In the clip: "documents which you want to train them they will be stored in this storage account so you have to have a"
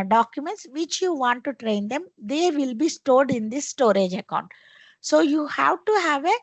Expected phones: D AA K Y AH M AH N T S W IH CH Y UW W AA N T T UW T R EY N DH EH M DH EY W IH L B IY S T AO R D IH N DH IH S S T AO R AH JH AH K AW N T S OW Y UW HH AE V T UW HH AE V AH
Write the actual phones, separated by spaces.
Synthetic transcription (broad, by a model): D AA K Y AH M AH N T S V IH CH Y UW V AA N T T UW T R EY N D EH M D EY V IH L B IY S T AO R D IH N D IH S S T AO R AH JH AH K AW N T S OW Y UW HH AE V T UW HH AE V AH